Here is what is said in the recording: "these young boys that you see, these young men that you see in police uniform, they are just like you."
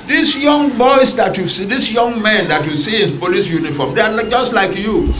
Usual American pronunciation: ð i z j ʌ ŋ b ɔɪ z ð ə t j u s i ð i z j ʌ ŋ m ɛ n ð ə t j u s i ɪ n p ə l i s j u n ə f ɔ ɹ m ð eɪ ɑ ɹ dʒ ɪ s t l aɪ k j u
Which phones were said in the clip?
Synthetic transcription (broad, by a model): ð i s j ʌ ŋ b ɔɪ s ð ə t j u s i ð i s j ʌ ŋ m ɛ n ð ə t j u s i ɪ n p ə l i s j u n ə f ɔ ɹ m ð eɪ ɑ l dʒ ɪ s t l aɪ k j u